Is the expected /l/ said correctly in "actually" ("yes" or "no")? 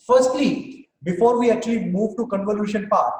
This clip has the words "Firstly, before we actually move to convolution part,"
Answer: no